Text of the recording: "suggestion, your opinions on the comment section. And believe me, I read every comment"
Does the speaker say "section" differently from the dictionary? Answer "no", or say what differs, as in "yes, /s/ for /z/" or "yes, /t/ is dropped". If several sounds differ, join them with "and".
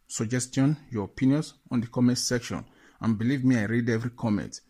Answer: no